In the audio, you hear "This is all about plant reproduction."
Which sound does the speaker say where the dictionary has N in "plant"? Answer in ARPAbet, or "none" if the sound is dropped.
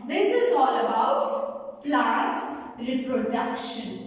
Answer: none